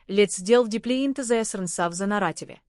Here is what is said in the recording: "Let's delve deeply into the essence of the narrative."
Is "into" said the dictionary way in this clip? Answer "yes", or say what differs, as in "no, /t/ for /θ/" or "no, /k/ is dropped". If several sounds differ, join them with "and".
yes